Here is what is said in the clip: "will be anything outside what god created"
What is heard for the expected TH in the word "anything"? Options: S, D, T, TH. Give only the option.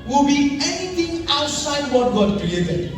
T